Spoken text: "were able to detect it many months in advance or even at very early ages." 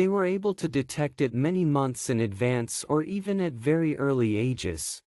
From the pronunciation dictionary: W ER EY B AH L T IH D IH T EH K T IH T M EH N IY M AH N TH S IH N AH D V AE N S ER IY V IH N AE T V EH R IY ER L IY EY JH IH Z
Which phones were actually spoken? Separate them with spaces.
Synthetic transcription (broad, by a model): W ER EY B AH L T IH D IH T EH K T IH T M EH N IY M AH N TH S IH N AH D V AE N S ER IY V IH N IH T V EH R IY ER L IY EY JH IH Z